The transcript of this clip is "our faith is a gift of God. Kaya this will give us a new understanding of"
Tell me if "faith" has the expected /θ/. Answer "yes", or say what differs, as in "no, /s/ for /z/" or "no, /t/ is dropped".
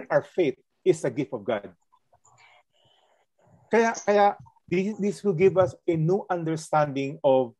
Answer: no, /t/ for /θ/